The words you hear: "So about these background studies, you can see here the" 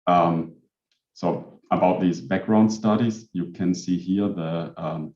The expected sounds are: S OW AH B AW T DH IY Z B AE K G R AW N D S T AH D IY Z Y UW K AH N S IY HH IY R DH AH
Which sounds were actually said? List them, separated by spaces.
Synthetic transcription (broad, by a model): S OW AH B AW T DH IY Z B AE K G R AW N D S T AH D IY Z Y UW K AH N S IY HH IY R DH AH